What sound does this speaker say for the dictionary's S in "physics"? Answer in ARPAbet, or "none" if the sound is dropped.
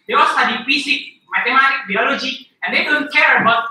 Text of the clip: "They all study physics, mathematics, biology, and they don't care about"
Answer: none